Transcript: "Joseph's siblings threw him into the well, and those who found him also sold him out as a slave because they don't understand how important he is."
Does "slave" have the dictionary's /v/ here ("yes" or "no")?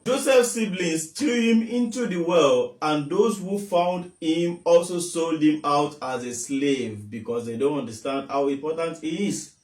yes